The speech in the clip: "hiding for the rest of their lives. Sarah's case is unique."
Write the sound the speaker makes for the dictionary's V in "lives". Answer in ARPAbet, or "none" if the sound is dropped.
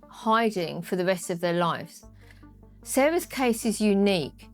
F